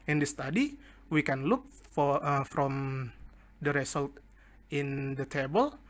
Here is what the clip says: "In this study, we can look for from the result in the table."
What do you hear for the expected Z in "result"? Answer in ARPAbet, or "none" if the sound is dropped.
S